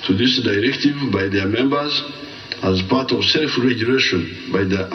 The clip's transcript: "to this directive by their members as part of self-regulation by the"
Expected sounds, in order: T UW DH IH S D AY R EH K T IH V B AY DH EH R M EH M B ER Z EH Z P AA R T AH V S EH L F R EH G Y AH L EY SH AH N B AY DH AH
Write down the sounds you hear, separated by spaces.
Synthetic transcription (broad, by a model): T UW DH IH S D AY R EH K T IH V B AY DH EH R M EH M B ER Z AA Z P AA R T AH V S EH L F R EH G Y AH L EY SH AH N B AY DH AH